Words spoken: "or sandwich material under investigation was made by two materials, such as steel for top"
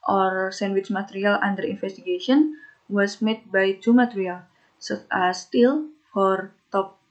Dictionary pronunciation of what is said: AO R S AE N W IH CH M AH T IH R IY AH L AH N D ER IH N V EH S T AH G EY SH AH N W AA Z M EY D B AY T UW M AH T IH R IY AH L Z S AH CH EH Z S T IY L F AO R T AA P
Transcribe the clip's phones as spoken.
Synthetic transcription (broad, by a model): AO R S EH N W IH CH M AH T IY R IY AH L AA N D ER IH N F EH S T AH G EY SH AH N W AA S M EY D B AY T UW M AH T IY R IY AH L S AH S T IY L F AO R T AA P